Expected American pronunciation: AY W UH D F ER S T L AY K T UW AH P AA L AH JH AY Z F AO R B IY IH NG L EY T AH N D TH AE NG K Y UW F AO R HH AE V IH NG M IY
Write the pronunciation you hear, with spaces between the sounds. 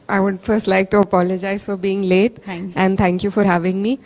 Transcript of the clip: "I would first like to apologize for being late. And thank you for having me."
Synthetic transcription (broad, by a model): AY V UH D F ER S T L AY K T UW AH P AA L AH JH AY Z F AO R B IY IH NG L EY T AH N D T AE NG K Y UW F AO R HH AE V IH NG M IY